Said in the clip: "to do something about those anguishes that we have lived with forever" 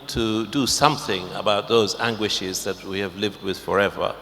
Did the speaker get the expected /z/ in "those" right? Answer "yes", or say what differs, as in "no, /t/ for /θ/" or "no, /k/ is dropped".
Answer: yes